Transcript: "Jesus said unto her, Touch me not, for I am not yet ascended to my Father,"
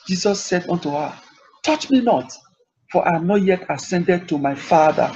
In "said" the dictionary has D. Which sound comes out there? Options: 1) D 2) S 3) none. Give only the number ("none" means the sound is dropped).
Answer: 1